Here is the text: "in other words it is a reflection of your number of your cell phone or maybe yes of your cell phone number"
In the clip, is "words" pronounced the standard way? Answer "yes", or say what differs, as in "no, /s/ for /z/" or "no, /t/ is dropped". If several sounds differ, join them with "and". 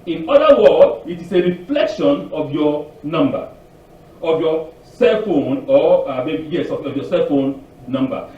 no, /z/ is dropped